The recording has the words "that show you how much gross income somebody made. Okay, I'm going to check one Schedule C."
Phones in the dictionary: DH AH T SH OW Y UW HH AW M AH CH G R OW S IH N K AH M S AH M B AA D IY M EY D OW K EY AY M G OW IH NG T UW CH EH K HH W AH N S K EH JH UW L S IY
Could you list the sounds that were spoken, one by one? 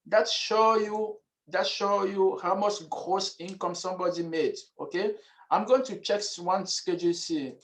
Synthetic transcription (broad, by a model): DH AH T SH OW Y UW HH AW M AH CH G R OW S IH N K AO M S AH M B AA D IY M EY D OW K EY AY M G OW IH NG T UW CH EH K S W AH N S K EH JH UW L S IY